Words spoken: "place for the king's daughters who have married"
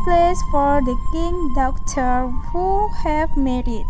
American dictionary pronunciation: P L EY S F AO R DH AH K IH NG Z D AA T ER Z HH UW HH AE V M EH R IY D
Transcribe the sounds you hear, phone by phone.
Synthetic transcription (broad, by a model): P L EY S F AO R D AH K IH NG D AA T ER HH UW HH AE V M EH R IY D